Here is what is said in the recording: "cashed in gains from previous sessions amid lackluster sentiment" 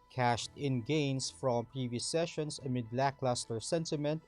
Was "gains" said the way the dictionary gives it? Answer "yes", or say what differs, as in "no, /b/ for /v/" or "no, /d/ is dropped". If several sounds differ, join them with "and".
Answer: no, /s/ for /z/